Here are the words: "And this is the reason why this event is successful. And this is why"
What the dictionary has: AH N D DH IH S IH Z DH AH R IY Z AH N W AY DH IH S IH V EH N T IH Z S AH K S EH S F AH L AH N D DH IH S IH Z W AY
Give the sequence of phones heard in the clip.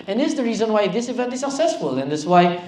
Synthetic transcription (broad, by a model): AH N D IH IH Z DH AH R IY Z AH N W AY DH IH S IH V EH N T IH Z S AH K S EH S F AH L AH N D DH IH S W AY